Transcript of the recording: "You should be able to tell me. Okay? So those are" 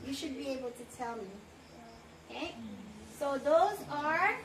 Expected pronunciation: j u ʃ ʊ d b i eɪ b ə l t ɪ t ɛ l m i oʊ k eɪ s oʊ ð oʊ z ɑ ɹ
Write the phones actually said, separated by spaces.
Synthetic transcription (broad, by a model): j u ʃ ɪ d b i eɪ b ə l t ɪ t ɛ l m i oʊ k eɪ s oʊ ð oʊ z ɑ ɹ